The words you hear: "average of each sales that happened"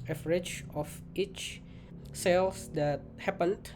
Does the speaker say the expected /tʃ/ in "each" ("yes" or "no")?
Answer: yes